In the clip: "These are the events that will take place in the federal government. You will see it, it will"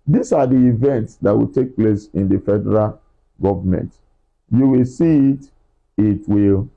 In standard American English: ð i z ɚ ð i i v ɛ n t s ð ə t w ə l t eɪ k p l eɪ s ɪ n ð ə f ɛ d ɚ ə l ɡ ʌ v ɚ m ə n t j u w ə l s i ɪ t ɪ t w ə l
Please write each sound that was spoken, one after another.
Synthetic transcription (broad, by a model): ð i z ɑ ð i i v ɛ n t s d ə t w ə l t eɪ k p l eɪ s ɪ n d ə f ɛ d ɚ ə l ɡ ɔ v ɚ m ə n t j u w ə l s i ɪ t ɪ t w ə l